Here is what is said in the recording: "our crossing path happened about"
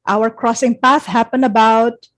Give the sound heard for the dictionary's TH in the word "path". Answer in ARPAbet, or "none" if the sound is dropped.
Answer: TH